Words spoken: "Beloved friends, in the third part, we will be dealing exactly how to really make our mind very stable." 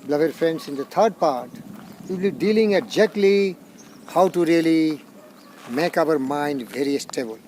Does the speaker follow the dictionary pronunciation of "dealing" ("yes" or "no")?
yes